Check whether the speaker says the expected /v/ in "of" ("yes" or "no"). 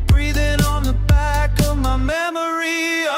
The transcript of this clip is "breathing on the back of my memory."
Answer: yes